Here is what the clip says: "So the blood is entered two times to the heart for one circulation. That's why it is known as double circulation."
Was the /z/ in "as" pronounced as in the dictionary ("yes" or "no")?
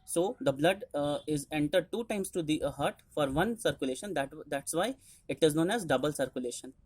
yes